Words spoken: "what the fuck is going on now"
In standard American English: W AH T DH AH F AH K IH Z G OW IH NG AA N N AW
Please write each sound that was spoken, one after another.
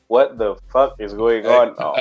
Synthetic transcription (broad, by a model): W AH T DH AH F AH K IH Z G OW IH NG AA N N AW